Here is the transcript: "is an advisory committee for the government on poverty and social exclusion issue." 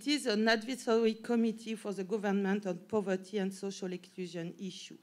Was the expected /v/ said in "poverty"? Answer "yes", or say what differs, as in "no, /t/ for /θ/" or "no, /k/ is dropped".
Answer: yes